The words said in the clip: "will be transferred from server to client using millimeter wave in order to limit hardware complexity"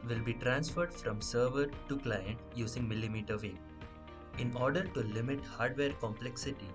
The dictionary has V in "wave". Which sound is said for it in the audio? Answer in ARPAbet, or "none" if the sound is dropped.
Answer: none